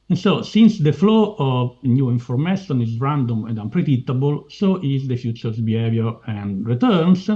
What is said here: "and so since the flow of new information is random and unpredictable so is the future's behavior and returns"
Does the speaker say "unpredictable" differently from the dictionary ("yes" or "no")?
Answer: yes